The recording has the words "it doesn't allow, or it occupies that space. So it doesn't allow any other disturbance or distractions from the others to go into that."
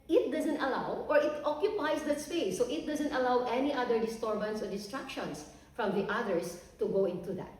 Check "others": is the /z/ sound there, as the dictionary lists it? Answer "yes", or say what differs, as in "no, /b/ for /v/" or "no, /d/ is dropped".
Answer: no, /s/ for /z/